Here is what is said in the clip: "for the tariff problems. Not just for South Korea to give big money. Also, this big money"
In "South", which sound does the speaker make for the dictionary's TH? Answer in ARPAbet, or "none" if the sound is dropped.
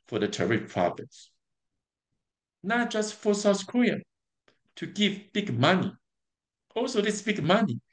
S